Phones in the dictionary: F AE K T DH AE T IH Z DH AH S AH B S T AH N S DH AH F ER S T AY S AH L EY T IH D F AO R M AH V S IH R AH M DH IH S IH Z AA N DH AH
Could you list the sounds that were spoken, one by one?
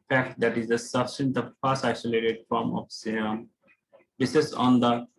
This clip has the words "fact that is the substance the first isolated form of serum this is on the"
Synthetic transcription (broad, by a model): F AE K T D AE T IH Z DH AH S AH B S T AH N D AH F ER S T AY S AH L EY T IH D F AO R M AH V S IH AH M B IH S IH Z AA N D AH